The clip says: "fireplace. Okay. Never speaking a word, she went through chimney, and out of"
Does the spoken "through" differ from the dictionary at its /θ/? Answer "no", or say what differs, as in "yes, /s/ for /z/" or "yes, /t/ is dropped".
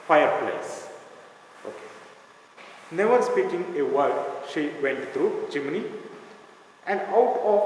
yes, /t/ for /θ/